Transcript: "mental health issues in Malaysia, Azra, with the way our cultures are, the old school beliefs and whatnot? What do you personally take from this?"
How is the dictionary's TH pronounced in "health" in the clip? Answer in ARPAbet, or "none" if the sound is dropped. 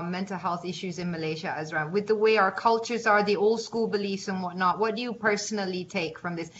TH